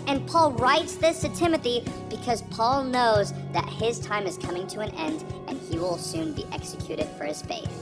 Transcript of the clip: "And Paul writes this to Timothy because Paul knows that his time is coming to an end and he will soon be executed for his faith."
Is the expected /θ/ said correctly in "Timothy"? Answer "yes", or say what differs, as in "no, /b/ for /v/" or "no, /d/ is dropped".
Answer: yes